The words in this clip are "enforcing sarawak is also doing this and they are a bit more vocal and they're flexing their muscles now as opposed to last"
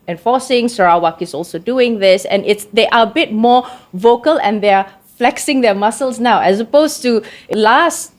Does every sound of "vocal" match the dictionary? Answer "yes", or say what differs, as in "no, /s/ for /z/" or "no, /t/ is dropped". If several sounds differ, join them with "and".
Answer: yes